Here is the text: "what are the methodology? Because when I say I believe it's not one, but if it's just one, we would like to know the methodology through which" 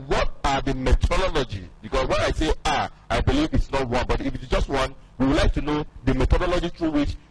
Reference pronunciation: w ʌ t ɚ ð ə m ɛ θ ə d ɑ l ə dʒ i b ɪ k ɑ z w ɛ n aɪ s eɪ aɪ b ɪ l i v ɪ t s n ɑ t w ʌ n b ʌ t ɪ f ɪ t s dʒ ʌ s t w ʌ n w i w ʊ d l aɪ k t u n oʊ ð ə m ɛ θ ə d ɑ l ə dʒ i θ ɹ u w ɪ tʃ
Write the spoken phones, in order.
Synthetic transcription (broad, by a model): w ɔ t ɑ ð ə m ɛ t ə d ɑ l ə dʒ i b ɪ k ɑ s w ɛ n aɪ s eɪ aɪ b ɪ l i v ɪ t s n ɑ t w ʌ n b ʌ t ɪ f ɪ t s dʒ ʌ s t w ʌ n w i w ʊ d l aɪ k t u n oʊ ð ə m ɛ t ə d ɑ l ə dʒ i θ ɹ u w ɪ tʃ